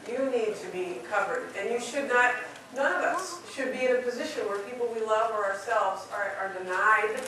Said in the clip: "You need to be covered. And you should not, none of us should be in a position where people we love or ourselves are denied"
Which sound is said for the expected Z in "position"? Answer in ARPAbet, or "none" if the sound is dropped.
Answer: Z